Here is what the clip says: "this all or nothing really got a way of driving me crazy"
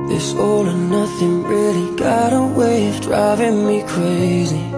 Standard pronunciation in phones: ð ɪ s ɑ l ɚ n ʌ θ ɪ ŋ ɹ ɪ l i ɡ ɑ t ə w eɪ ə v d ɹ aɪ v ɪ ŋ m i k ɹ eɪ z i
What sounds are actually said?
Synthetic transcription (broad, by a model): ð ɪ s ɑ l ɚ n ʌ θ ɪ ŋ ɹ ɪ l i ɡ ɑ t ə w eɪ ə v d ɹ aɪ v ɪ ŋ m i k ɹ eɪ z i